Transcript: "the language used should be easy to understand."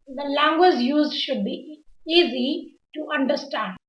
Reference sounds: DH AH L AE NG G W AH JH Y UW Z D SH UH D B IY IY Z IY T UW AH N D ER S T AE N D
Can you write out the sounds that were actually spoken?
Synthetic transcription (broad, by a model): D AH L AE NG G W AH JH Y UW Z D SH UH D B IY IY Z IY T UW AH N D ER S T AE N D